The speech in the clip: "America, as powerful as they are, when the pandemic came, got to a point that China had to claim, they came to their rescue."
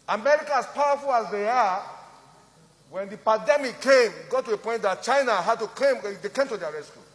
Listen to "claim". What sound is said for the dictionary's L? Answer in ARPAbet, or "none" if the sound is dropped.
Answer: none